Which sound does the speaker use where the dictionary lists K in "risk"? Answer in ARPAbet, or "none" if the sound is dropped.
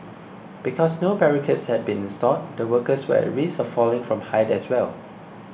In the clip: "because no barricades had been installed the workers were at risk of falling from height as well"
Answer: none